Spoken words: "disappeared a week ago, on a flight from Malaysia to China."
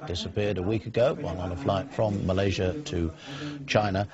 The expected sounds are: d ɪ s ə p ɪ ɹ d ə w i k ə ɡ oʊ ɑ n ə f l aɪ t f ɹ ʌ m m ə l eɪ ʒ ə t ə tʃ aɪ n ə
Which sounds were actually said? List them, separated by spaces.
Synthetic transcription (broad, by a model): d ɪ s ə p ɪ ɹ d ə w i k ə ɡ oʊ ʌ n ə f l aɪ t f ɹ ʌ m m ə l eɪ ʒ ə t ə tʃ aɪ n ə